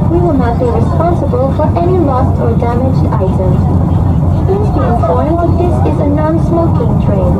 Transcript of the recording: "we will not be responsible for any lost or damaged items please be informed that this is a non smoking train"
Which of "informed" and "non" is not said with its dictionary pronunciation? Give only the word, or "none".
informed